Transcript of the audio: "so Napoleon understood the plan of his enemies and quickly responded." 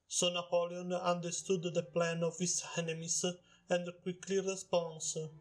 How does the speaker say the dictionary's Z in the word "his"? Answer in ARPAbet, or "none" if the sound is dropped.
S